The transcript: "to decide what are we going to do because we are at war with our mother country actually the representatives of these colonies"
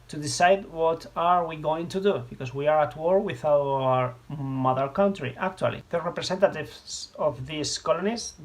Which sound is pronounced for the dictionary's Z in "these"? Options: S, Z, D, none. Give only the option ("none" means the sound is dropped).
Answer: S